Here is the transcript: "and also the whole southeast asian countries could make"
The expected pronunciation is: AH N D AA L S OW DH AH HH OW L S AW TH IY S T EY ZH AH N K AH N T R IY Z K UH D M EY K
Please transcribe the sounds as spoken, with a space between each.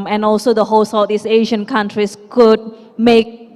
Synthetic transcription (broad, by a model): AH N AA L S OW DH AH HH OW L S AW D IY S EY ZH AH N K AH N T R IY S K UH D M EY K